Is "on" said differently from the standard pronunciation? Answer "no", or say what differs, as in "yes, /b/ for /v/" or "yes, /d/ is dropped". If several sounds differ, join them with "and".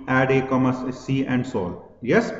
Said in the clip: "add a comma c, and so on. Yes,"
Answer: yes, /l/ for /n/